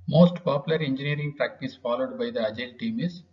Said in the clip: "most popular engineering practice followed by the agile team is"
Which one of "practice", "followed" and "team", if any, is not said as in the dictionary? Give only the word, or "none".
none